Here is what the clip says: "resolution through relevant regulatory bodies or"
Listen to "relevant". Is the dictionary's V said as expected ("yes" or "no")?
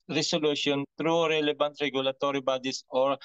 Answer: no